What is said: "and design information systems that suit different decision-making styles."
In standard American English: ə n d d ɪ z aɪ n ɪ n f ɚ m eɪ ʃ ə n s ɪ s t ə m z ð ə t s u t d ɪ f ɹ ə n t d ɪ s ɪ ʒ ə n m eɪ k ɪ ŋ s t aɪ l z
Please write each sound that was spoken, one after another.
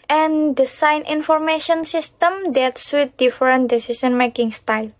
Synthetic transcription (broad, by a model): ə n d d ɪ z aɪ n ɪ n f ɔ m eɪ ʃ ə n s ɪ s t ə m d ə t s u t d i f ɹ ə n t d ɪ s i s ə n m eɪ k ɪ ŋ s t aɪ l